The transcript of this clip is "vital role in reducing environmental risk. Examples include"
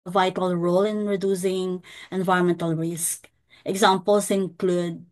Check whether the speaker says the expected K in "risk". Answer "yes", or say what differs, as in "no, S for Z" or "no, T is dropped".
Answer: yes